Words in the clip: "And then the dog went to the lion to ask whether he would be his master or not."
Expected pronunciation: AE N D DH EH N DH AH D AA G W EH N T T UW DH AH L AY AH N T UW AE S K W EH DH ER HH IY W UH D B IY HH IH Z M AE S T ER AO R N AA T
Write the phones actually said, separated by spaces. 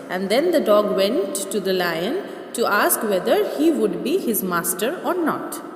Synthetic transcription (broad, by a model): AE N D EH N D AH D AA G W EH N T T UW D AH L AY AH N T UW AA S K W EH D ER HH IY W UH D B IY HH IH Z M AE S T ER AO R N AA T